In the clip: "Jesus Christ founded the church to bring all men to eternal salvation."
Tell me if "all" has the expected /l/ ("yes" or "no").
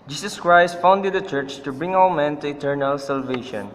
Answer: no